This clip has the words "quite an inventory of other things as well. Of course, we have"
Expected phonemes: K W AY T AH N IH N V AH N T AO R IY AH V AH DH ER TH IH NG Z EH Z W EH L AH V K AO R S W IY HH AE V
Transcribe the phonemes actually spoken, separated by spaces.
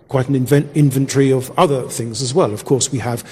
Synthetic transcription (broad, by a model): K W AY T N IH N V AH N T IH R IY AH V AH DH ER TH IH NG Z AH Z W EH L AH V K AO R S W IY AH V